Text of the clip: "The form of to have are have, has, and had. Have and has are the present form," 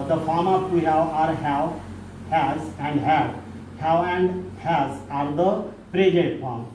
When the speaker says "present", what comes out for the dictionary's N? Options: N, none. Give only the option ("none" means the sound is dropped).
none